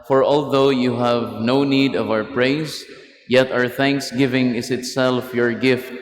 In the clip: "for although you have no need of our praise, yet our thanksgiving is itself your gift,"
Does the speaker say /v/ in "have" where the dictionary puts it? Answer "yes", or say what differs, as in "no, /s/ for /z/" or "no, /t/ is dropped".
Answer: yes